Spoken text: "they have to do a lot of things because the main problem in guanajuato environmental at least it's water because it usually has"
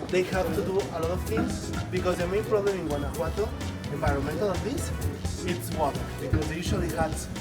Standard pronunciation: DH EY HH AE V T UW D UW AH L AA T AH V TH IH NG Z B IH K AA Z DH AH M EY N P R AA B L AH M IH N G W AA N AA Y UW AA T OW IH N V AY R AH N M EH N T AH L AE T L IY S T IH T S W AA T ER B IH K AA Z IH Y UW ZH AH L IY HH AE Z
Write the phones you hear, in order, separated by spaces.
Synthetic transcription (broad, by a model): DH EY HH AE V T UW D UW AH L AA T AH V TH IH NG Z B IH K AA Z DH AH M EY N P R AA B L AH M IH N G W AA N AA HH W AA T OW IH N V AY R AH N M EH N T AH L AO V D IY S IH T S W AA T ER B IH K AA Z Y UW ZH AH L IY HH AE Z